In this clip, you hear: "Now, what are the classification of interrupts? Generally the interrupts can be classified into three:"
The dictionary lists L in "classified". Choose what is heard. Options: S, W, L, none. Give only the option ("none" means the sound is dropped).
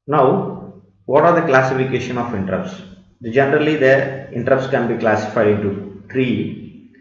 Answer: L